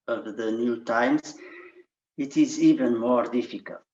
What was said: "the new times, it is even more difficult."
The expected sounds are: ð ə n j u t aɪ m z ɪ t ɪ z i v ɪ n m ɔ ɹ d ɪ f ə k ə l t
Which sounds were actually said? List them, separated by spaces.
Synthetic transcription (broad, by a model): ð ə n j u t aɪ m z ɪ t ɪ z i v ɪ n m ɔ ɹ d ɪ f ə k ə l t